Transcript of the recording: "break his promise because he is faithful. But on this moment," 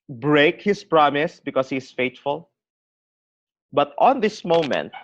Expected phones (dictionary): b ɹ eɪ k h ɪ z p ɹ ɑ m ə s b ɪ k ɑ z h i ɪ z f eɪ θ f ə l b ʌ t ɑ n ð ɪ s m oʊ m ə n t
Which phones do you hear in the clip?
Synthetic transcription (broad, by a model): b ɹ eɪ k h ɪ s p ɹ ɑ m ə s b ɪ k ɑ s h i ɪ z f eɪ t f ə l b ʌ t ɑ n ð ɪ s m oʊ m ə n t